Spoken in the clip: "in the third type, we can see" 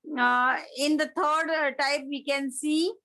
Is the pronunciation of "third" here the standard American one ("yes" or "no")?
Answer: no